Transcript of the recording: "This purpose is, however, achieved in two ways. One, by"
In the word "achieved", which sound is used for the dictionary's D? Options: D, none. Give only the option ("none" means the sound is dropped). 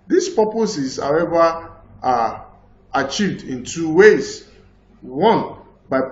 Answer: D